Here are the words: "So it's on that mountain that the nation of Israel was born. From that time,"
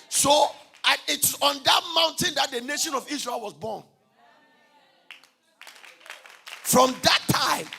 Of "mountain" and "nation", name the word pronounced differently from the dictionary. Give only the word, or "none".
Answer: none